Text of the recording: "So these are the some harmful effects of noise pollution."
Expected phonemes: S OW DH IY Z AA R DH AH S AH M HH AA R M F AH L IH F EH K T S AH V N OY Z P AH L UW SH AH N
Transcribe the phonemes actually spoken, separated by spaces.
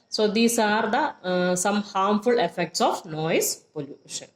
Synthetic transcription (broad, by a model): S OW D IY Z AA R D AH S AH M HH AA R M F AH L IH F EH K T S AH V N OY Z P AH L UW SH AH N